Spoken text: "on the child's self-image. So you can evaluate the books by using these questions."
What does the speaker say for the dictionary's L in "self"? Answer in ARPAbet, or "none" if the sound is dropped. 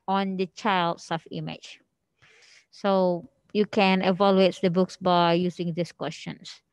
none